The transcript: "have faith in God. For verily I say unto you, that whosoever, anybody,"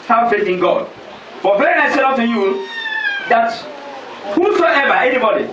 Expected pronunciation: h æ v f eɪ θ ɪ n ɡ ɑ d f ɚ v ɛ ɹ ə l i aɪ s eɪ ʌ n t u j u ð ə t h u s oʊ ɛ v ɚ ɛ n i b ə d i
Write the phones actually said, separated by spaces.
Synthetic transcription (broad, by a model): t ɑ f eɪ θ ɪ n ɡ ɑ d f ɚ b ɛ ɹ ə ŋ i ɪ s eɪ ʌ t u j u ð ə t h u s oʊ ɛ v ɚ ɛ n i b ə d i